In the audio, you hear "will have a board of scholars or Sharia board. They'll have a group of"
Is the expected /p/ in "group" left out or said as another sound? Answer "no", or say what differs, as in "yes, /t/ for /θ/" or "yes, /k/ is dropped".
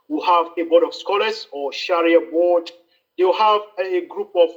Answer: no